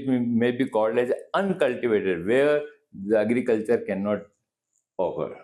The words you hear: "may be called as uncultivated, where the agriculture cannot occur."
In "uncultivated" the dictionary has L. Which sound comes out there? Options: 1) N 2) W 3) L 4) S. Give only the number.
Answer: 3